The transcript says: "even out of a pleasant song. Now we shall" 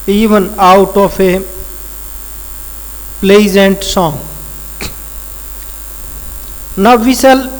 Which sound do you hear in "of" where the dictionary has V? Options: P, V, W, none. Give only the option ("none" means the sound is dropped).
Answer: P